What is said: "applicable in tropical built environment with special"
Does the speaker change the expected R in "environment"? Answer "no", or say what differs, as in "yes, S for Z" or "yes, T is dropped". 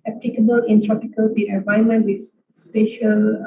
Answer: yes, R is dropped